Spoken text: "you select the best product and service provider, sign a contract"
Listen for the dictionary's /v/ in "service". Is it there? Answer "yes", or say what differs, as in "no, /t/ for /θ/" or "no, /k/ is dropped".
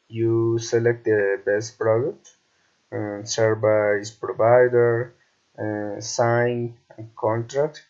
no, /b/ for /v/